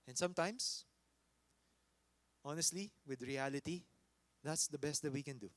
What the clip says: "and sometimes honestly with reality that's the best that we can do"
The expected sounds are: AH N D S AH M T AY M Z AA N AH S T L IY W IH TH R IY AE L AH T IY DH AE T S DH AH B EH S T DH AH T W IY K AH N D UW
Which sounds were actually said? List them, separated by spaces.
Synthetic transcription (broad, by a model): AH N S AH M T AY M S AA N AH S T L IY W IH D R IY AE L AH T IY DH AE T S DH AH B EH S T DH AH T W IY K AH N D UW